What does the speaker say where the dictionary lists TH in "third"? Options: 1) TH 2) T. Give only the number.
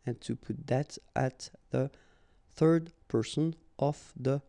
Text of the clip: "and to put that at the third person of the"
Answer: 1